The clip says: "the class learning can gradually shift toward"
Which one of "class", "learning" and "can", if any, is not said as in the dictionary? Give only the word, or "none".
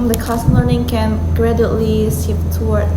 class